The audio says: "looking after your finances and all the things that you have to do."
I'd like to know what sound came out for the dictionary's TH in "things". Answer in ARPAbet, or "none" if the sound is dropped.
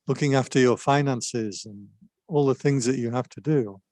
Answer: TH